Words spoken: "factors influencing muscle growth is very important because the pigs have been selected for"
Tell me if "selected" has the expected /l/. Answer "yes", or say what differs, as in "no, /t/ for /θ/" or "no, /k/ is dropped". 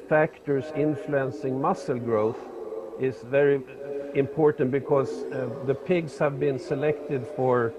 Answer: yes